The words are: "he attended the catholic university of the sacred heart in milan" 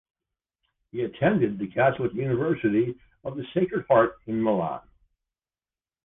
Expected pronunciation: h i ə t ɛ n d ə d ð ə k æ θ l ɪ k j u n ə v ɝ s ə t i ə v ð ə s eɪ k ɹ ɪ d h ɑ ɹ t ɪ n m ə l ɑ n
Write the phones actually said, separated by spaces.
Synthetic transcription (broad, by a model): h i ə t ɛ n d ə d ð ə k æ s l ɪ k j u n ə v ɝ s ə t i ə v ð ə s eɪ k ɹ ɪ d h ɑ ɹ t ɪ n m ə l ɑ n